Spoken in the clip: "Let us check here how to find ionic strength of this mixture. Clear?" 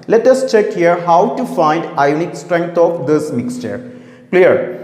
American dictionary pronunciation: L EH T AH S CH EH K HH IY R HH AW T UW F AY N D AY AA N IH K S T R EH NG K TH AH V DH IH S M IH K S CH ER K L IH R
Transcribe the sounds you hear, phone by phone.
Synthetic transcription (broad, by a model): L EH T AH S CH EH K HH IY R HH AW T UW F AY N D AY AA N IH K S T R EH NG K T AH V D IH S M IH K S CH ER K L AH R